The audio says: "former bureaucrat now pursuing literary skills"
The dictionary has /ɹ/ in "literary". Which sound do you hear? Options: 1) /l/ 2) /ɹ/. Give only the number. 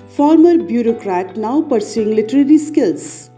2